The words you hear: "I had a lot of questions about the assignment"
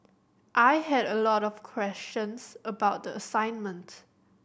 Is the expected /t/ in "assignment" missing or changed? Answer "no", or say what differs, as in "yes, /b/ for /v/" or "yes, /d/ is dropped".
no